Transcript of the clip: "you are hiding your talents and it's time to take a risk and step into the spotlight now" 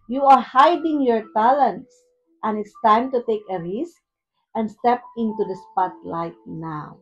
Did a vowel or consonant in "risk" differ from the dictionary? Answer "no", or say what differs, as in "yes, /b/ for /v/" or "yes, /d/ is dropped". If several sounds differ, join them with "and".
no